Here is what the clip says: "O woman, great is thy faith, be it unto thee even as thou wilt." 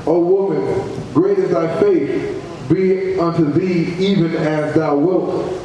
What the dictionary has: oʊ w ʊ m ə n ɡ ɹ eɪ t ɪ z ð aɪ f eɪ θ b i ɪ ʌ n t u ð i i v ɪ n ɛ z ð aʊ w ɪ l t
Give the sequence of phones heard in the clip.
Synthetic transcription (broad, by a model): oʊ w ʊ m ə n ɡ ɹ eɪ t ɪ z ð aɪ f eɪ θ b i ʌ n t u ð i i v ɪ n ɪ z ð aʊ w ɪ l t